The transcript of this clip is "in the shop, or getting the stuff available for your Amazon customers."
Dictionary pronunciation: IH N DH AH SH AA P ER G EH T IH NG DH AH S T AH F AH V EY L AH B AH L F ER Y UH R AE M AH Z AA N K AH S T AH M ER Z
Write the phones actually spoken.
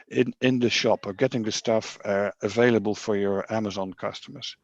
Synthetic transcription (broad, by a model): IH N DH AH SH AA P ER G EH T IH NG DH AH S T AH F AH V EY L AH B AH L F ER Y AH R AE M AH Z AA N K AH S T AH M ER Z